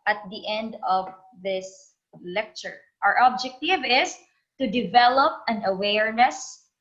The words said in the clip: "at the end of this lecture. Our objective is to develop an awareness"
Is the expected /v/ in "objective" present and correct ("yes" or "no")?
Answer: yes